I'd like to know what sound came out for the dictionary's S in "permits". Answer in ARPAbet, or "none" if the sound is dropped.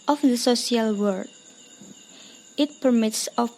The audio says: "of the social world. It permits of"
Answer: S